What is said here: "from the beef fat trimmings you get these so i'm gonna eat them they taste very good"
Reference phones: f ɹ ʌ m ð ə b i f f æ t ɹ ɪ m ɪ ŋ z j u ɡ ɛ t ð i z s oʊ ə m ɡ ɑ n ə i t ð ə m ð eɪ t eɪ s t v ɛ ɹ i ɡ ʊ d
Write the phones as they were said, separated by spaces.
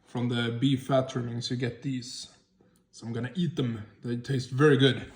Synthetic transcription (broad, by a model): f ɹ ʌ m ð ə b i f f æ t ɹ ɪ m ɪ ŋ s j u ɡ ɛ t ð i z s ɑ ə m ɡ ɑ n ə i t ð ə m ð eɪ t eɪ s t v ɛ ɹ i ɡ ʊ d